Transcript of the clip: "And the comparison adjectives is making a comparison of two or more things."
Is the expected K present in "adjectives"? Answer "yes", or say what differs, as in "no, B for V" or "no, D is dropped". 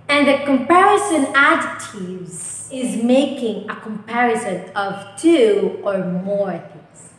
no, K is dropped